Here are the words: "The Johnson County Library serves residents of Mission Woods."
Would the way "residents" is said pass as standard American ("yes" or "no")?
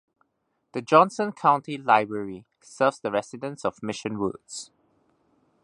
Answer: no